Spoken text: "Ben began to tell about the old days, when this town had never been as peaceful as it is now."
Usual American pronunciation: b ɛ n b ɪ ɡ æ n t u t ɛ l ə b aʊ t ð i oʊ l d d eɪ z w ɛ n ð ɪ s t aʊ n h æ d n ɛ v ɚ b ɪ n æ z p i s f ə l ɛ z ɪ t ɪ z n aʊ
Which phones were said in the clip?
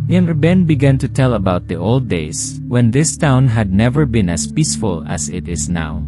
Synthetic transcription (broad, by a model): b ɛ n b ɪ ɡ æ n t u t ɛ l ə b aʊ t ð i oʊ l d d eɪ s w ɛ n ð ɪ s t aʊ n h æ d n ɛ v ɚ b ɪ n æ s p i s f ə l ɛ s ɪ t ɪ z n aʊ